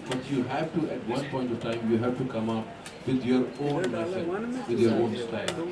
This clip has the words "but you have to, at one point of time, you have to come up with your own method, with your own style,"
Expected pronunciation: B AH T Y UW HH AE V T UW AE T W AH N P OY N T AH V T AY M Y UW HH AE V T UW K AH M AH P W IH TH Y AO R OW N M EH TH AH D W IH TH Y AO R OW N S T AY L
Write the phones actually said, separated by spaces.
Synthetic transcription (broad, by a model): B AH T Y UW HH AE V T UW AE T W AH N P OY N T AH V T AY M Y UW HH AE V T UW K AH M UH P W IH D Y AO R OW N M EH S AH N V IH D Y AO R OW N S T AY L